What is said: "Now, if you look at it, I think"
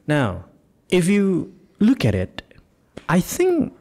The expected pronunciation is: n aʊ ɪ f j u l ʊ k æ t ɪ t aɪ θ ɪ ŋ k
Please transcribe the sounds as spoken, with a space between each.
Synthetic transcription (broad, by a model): n aʊ ɪ f j u l ʊ k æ t ɪ t aɪ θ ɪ ŋ k